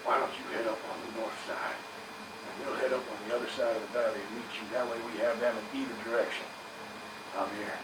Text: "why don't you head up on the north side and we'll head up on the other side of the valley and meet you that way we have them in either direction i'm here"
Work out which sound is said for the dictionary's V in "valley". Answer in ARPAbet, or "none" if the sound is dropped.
B